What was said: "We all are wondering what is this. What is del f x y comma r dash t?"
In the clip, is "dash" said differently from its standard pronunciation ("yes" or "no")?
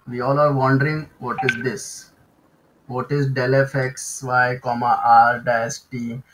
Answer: yes